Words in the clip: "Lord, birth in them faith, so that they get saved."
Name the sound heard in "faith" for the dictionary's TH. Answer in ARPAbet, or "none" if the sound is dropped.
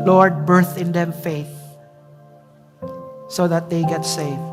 TH